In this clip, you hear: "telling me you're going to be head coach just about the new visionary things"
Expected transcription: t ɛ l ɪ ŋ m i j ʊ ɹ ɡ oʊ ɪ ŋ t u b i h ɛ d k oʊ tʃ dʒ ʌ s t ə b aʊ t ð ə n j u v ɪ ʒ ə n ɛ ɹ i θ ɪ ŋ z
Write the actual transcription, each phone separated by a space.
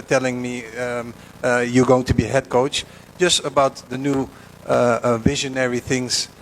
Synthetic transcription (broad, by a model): t ɛ l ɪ ŋ m i j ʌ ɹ ɡ oʊ ɪ ŋ t u b i h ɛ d k oʊ tʃ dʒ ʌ s t ə b aʊ t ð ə n j u v ɪ ʒ ə n ɛ ɹ i θ ɪ ŋ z